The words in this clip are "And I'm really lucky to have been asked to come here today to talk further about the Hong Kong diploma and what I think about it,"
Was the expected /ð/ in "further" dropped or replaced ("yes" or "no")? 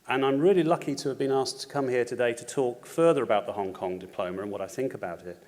no